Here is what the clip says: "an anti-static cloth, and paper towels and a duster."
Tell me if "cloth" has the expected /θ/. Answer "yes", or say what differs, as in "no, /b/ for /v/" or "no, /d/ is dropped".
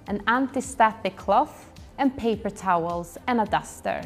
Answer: no, /f/ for /θ/